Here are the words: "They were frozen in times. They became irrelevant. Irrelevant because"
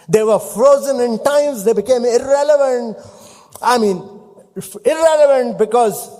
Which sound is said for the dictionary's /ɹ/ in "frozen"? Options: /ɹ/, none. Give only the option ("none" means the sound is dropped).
/ɹ/